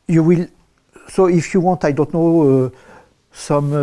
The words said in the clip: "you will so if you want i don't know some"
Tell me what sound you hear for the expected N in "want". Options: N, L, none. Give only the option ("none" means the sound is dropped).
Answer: N